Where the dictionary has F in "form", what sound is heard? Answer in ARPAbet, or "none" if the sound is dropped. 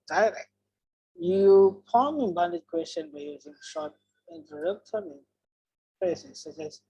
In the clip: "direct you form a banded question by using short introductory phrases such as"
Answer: P